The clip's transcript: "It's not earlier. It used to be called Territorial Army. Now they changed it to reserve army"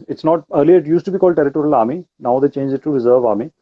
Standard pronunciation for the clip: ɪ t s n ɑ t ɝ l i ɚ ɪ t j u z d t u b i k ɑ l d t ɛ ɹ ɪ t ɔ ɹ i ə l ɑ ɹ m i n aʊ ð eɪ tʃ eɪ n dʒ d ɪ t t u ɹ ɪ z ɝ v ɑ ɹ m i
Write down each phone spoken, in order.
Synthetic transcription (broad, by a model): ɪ t s n ɑ t ɝ l i ɚ ɪ t j u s t u b i k ɑ l d t ɛ ɹ ɪ t ɔ ɹ i ə l ɑ m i n aʊ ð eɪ tʃ eɪ n dʒ ɪ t t u ɹ ɪ z ɝ v ɑ m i